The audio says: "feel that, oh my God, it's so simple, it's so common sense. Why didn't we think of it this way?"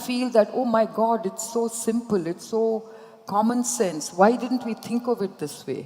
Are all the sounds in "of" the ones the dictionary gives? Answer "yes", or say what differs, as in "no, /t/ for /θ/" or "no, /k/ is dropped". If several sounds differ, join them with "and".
yes